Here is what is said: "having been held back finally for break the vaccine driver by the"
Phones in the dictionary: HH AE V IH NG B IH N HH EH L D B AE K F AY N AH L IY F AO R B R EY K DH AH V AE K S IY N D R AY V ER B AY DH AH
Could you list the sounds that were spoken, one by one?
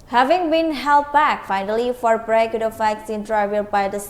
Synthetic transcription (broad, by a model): HH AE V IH NG B IH N HH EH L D B AE K F AY N AH L IY F AO R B R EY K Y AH F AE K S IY N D R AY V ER B AY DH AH